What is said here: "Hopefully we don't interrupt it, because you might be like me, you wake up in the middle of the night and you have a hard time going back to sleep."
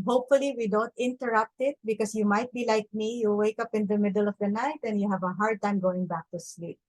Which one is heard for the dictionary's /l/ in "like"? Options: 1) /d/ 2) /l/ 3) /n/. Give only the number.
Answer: 2